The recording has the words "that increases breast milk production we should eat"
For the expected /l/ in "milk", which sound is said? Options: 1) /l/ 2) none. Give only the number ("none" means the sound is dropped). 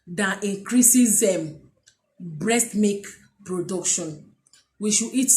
2